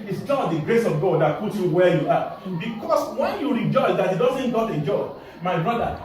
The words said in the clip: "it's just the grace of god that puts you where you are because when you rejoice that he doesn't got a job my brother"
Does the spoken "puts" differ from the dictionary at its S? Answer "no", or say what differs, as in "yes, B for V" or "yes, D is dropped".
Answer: yes, S is dropped